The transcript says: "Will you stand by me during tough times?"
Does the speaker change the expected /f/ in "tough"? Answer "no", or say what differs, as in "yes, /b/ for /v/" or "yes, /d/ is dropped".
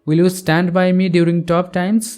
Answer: yes, /p/ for /f/